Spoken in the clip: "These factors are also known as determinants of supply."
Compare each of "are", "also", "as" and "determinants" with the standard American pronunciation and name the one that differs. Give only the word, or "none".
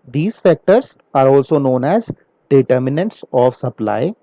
none